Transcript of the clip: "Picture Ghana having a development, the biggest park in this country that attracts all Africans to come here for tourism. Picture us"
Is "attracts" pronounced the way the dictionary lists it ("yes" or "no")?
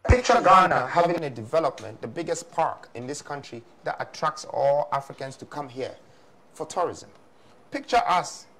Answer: yes